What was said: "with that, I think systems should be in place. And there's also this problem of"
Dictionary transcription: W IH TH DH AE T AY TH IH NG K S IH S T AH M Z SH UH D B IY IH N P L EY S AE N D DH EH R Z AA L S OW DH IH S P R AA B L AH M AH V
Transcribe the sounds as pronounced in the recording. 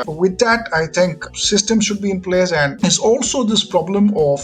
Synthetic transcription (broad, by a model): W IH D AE T AY T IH NG K S IH S T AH M SH UH D B IY IH N P L EY S AE N D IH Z AA L S OW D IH S P R AA B L AH M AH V